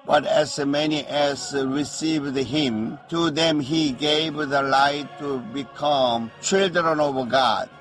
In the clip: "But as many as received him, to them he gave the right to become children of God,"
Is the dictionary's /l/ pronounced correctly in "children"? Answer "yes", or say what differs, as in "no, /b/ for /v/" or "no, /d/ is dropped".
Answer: yes